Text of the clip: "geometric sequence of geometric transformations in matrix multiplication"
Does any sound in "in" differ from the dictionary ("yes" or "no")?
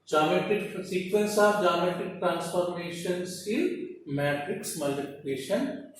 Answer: yes